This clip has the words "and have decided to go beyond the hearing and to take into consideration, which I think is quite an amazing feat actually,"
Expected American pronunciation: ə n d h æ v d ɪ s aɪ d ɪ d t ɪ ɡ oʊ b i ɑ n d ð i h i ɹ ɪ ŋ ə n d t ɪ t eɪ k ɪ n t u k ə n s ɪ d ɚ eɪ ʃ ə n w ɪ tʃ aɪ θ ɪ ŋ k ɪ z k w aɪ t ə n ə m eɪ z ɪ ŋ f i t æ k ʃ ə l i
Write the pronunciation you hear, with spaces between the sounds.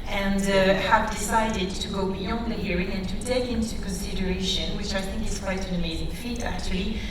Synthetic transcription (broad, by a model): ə n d h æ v d ɪ s aɪ d ɪ d t ɪ ɡ oʊ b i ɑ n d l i h i ɹ ɪ ŋ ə n t ɪ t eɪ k ɪ n t u k ə n s ɪ d ɚ eɪ ʃ ə n w ɪ tʃ aɪ θ ɪ ŋ k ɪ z k w aɪ t ə n ə m eɪ z ɪ ŋ f i t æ k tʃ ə l i